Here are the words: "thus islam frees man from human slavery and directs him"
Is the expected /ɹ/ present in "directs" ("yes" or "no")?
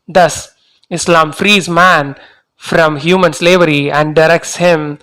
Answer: yes